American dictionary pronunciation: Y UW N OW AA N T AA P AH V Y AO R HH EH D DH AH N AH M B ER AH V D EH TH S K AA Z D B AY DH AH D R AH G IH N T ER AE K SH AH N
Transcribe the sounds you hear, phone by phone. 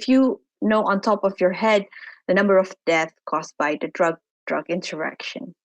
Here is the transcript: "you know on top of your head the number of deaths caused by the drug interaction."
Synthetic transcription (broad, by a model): Y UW N OW AA N T AA P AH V Y AO R HH EH D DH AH N AH M B ER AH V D EH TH K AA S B AY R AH D R AH G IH N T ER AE K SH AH N